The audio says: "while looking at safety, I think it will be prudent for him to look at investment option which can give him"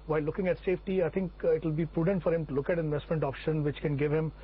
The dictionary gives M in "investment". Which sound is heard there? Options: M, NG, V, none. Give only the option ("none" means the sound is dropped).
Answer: M